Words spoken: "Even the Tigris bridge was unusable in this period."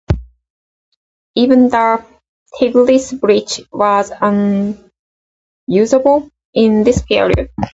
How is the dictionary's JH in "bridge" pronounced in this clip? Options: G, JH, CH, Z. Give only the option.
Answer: CH